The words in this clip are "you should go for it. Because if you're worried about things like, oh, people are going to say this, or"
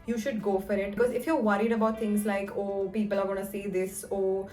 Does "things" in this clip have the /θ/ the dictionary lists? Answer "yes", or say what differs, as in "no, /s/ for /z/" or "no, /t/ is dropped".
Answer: no, /t/ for /θ/